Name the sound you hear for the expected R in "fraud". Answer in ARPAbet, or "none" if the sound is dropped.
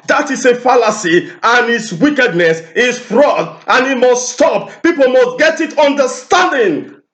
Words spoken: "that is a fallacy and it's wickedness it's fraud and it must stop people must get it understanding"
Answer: R